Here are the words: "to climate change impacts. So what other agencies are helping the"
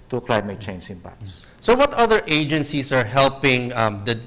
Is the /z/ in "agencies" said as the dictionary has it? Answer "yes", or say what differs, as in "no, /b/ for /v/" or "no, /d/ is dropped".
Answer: no, /s/ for /z/